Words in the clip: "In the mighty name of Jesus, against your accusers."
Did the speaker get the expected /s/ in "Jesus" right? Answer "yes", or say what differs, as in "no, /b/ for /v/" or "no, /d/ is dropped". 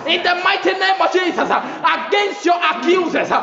no, /s/ is dropped